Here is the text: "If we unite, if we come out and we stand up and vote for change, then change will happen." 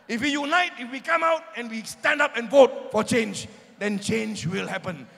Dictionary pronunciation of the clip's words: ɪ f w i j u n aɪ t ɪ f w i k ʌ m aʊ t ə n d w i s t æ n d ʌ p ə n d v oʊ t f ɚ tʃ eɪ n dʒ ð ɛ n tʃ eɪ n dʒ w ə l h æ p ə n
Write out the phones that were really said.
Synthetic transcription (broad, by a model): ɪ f w i j u n aɪ t ɪ f w i k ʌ m aʊ t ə n w i s t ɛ n d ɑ p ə n v oʊ t f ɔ tʃ eɪ n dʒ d ɛ n tʃ eɪ n dʒ w ə l h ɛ p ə n